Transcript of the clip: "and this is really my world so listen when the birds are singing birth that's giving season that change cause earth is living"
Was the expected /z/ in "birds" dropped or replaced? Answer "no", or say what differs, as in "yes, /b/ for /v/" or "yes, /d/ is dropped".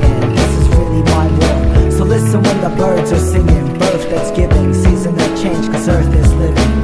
no